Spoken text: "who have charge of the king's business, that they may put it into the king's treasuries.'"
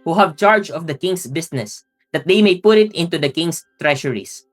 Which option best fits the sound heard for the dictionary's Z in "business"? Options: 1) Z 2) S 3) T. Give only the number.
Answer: 2